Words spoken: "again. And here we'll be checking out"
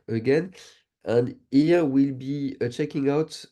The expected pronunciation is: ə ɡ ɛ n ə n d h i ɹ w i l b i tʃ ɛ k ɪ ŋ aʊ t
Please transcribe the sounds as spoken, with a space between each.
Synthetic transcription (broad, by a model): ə ɡ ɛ n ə n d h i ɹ w i l b i tʃ ɛ k ɪ ŋ aʊ t